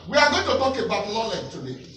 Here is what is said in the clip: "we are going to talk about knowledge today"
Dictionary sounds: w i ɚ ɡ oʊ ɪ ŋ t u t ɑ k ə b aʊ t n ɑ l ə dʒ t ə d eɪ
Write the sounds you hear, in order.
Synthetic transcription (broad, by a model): w i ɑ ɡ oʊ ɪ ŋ t u t ɑ k ə b aʊ t l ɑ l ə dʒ t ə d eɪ